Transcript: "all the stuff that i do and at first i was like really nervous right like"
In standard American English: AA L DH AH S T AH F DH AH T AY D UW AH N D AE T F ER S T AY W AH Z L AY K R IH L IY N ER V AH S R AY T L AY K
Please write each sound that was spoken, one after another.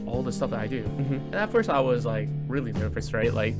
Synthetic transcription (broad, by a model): AA L DH AH S T AH F DH AH T AY D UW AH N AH T F ER S T AY W AH Z L AY K R IH L IY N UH F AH S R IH T L AY K